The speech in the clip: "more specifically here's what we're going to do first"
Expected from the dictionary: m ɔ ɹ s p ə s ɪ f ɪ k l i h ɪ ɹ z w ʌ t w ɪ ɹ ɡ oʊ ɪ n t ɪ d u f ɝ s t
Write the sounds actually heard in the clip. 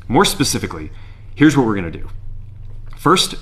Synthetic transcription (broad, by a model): m ɔ ɹ s p ə s ɪ f ɪ k l i h ɪ ɹ z w ʌ t w ɪ ɹ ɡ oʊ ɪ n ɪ d u f ɝ s t